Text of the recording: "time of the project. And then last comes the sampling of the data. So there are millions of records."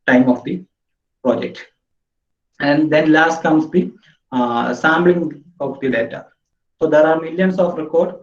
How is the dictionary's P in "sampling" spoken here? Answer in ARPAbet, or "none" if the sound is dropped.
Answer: B